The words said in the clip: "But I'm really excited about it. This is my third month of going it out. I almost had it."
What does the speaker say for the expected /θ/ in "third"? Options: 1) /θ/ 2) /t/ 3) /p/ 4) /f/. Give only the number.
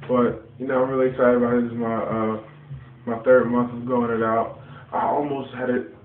1